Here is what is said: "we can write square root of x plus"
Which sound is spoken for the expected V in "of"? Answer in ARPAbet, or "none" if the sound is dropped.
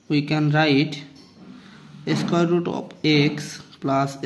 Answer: P